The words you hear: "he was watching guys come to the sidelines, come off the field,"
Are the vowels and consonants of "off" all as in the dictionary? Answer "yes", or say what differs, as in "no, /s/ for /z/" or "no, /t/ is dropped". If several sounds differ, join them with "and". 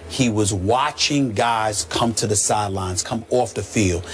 yes